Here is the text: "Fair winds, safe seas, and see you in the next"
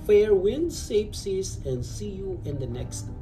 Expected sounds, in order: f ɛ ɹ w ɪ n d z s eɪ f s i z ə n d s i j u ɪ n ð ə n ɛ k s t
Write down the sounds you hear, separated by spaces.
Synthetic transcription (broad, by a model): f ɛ ɹ w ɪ n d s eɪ p s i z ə n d s i j u ɪ n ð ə n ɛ k s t